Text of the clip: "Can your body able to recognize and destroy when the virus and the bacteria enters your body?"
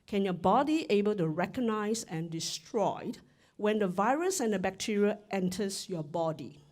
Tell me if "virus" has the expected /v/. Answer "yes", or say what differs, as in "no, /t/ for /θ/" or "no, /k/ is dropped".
yes